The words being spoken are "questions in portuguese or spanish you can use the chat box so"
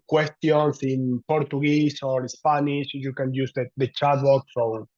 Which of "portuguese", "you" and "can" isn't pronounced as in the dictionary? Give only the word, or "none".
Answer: portuguese